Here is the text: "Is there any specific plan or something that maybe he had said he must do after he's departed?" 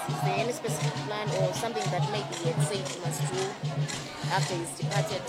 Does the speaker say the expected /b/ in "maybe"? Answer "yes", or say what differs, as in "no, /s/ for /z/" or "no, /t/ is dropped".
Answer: no, /b/ is dropped